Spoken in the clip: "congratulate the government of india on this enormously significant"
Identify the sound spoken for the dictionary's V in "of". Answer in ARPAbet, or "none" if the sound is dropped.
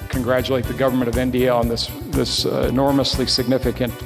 V